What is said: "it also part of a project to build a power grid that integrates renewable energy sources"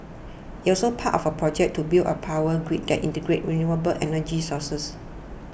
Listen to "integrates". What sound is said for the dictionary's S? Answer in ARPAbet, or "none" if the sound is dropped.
none